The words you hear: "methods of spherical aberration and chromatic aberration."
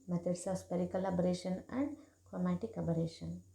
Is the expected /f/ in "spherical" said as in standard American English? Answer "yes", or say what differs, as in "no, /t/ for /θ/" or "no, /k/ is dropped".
no, /p/ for /f/